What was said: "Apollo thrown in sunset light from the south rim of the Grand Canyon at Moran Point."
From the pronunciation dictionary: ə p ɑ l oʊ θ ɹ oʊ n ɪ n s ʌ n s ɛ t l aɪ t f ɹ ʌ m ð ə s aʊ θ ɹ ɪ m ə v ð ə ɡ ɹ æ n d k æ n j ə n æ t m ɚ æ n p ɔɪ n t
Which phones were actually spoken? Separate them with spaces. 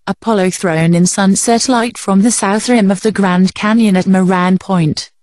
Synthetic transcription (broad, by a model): ə p ɑ l oʊ θ ɹ oʊ n ɪ n s ʌ n s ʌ t l aɪ t f ɹ ʌ m ð ə s aʊ θ ɹ ɪ m ə v ð ə ɡ ɹ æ n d k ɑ n j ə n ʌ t m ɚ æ n p ɔɪ n t